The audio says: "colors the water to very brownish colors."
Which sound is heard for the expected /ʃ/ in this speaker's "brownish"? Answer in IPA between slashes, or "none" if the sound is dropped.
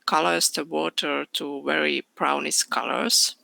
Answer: /s/